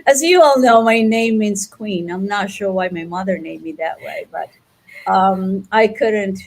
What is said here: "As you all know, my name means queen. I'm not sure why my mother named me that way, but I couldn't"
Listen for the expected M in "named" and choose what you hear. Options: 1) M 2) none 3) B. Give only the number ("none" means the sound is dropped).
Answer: 2